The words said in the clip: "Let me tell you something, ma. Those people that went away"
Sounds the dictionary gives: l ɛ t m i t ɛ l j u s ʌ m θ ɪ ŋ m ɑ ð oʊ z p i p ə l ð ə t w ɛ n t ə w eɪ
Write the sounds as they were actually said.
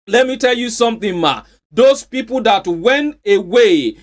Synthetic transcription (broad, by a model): l ɛ t m i t ɛ l j u s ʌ m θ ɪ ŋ m ɑ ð oʊ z p i p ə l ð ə t w ɛ n t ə w eɪ